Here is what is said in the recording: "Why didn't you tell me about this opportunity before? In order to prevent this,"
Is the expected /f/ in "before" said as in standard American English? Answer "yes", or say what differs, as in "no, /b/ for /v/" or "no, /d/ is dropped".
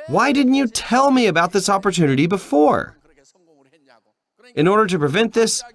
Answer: yes